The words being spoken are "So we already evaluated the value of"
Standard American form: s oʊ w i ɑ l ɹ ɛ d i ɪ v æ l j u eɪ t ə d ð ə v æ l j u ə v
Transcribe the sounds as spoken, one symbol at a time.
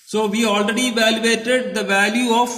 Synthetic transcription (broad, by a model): s oʊ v i ɑ l ɹ ɛ d i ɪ v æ l j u eɪ t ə d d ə v æ l j u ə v